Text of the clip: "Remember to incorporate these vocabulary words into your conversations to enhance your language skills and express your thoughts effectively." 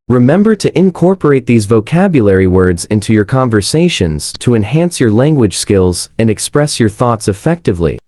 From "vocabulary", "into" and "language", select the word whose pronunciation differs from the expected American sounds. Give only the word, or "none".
none